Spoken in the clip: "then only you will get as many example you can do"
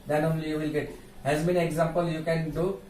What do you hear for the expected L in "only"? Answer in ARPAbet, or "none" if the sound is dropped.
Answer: L